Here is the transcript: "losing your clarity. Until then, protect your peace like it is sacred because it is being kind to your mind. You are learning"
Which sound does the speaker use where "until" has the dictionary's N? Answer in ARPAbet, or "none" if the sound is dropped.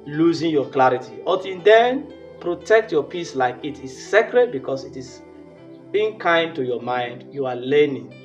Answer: none